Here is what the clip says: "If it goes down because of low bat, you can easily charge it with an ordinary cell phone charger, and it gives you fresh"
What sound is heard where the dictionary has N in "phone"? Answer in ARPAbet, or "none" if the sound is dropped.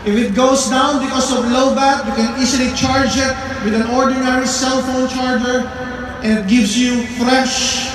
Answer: N